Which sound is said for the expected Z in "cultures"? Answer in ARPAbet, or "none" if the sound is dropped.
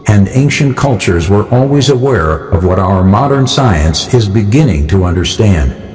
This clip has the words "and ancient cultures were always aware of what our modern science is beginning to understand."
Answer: Z